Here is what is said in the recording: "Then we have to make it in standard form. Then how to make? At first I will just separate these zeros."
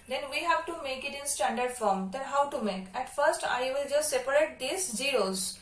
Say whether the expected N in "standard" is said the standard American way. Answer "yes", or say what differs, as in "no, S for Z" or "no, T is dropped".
yes